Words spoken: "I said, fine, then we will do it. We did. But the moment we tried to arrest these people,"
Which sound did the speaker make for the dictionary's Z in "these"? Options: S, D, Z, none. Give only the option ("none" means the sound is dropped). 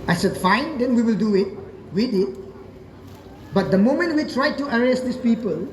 S